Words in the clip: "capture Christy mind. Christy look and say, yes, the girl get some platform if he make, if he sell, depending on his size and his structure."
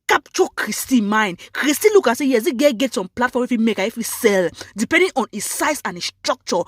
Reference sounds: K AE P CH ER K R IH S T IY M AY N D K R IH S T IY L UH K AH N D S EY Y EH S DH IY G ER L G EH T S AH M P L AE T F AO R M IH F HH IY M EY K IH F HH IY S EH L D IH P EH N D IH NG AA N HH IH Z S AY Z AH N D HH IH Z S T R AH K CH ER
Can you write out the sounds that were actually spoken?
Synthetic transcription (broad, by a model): K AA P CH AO K R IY S T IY M AY N K R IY S T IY L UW K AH S EY Y EH S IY G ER G EH T S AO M P L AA T F AO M IH F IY M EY K IH F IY S EH L D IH P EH N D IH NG AA N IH S AY S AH N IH S T R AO K CH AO